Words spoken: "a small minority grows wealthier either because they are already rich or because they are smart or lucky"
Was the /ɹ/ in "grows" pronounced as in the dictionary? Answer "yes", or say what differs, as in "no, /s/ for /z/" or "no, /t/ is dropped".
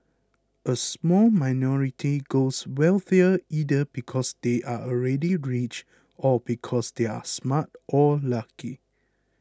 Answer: no, /ɹ/ is dropped